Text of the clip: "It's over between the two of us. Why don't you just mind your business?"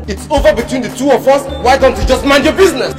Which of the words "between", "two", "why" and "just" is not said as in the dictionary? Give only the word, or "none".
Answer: none